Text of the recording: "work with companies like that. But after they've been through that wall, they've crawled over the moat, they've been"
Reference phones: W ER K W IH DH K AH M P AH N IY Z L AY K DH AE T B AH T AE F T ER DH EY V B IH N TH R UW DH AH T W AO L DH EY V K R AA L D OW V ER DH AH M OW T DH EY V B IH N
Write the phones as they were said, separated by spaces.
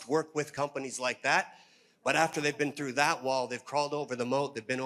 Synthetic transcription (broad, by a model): W ER K W IH DH K AH M P AH N IY Z L AY K DH AE T B AH T AE F T ER DH EY V B IH N TH R UW DH AH T W AO L DH EY V K R AA L D OW V ER DH AH M OW T DH EY V B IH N